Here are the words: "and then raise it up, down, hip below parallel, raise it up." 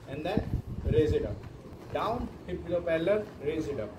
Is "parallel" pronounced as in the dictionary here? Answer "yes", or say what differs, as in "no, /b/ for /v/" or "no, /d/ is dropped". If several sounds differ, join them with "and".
no, /l/ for /ɹ/